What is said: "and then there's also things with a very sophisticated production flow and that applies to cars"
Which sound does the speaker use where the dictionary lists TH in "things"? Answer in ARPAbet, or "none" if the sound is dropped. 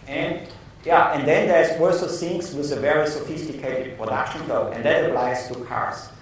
S